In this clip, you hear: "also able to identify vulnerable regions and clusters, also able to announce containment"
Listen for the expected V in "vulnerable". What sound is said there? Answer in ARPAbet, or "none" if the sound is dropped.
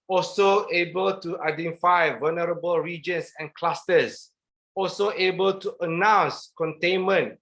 V